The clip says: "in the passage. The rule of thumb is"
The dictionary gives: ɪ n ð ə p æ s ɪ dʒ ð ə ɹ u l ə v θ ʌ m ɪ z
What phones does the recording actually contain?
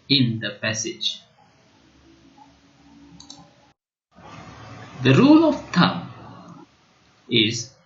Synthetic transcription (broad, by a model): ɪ n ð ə p æ s ɪ dʒ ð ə ɹ u l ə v t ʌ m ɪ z